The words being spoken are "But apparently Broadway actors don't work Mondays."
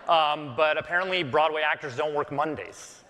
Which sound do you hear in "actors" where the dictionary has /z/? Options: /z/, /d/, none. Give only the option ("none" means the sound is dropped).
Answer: /z/